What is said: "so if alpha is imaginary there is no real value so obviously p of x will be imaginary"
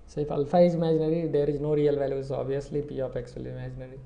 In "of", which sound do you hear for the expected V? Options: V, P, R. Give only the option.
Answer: P